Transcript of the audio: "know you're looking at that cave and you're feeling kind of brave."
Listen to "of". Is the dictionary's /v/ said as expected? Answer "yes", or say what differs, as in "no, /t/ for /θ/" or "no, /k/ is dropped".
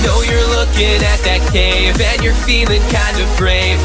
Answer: yes